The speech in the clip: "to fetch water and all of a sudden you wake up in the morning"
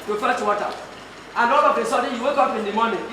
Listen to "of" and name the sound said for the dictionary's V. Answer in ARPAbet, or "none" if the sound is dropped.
B